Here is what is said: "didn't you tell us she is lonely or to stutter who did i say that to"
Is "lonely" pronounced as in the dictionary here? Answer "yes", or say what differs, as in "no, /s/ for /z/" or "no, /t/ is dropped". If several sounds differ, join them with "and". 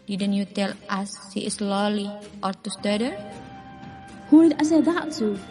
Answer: no, /n/ is dropped